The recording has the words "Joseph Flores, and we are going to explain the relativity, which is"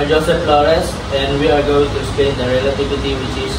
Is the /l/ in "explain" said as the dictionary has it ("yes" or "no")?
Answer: no